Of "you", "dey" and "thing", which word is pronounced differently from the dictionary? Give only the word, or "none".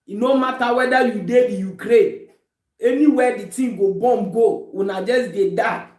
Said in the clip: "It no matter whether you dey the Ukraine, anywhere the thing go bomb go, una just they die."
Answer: thing